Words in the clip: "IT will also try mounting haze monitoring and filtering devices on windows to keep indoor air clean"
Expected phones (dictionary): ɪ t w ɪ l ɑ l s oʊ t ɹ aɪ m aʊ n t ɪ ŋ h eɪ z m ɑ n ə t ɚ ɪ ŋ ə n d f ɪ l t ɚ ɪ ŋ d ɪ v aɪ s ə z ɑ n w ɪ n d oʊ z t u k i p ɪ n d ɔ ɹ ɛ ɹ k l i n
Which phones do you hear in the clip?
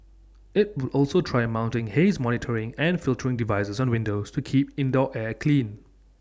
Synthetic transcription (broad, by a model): ɪ t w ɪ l ɑ l s oʊ t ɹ aɪ m aʊ n t ɪ ŋ h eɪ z m ɑ n ə t ɚ ɪ ŋ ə n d f ɪ l t ɚ ɪ ŋ d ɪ v aɪ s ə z ɑ n w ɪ n d oʊ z t u k i p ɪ n d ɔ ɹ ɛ k l i n